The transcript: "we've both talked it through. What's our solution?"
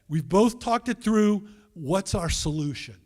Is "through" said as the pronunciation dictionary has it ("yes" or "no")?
yes